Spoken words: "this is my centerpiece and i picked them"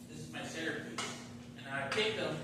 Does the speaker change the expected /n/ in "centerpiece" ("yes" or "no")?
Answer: yes